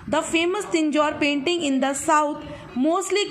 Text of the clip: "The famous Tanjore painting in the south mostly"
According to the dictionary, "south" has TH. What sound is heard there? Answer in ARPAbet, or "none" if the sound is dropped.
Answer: T